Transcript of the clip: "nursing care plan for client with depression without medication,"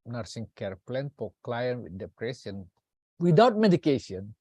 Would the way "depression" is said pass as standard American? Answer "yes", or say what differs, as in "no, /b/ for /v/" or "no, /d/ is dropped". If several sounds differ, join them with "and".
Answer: no, /s/ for /ʃ/